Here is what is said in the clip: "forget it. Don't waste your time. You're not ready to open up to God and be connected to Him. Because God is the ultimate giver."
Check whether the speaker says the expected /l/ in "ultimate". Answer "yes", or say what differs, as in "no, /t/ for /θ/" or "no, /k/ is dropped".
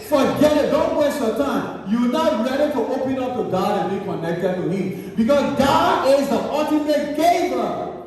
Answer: no, /l/ is dropped